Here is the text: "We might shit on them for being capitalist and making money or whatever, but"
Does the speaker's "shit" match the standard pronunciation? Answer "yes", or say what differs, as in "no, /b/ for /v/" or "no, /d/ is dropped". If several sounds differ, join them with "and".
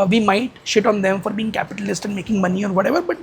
yes